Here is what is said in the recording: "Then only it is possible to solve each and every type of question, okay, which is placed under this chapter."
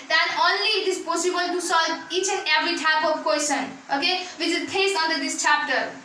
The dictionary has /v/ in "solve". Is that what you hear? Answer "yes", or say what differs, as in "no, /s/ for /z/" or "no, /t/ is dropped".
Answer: no, /v/ is dropped